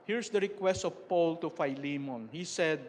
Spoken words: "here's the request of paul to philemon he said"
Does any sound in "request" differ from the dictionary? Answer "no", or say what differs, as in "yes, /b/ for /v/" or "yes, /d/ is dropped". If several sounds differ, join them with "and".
no